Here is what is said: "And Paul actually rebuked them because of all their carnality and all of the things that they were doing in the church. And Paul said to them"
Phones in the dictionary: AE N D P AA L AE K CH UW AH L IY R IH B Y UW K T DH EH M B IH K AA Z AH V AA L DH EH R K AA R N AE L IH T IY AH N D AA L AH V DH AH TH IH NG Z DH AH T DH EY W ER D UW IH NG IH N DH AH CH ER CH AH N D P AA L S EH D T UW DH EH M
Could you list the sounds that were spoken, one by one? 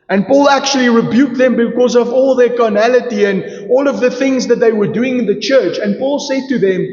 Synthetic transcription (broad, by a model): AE N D P AA L AE K CH UW AH L IY R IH B Y UW K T DH EH M B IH K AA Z AH V AA L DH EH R K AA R N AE L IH T IY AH N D AA L AH V DH AH TH IH NG Z DH AH T DH EY W ER D UW IH NG IH N DH AH CH ER CH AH N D P AA L S EH D T UW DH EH M